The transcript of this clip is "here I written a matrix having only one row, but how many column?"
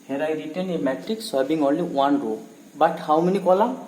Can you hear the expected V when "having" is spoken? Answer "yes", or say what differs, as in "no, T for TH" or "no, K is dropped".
no, B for V